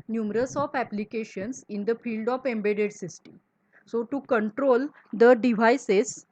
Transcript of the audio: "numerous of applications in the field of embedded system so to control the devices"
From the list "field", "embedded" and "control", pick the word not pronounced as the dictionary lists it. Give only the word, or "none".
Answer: none